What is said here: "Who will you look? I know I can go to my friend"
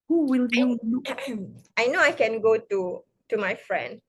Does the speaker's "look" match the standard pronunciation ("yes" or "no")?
no